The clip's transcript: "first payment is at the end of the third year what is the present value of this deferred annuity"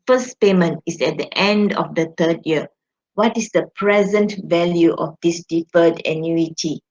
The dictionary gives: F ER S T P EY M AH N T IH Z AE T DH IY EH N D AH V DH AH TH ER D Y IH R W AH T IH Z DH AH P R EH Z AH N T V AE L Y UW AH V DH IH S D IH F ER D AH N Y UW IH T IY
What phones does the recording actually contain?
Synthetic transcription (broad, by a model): F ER S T P EY M AH N T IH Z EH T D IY EH N D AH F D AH T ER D Y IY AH W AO T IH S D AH P R EH Z AH N T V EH L Y UW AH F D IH S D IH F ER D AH N Y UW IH T IY